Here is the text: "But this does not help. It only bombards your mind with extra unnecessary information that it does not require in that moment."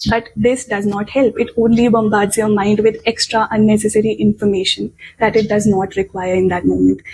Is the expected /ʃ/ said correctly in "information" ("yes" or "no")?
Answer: yes